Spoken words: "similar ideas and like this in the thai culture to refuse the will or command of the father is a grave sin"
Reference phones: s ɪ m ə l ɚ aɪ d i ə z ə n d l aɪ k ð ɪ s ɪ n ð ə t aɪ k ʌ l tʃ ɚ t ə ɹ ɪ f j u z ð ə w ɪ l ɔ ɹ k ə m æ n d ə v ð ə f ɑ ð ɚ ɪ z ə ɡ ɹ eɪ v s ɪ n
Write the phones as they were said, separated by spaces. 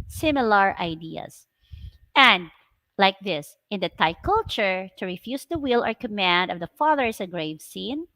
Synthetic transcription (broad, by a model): s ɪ m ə l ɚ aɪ d i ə s ə n d l aɪ k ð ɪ s ɪ n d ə t aɪ k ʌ l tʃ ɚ t ə ɹ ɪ f j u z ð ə w ɪ l ɔ ɹ k ə m æ n d ə v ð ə f ɑ ð ɚ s ə ɡ ɹ eɪ v s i n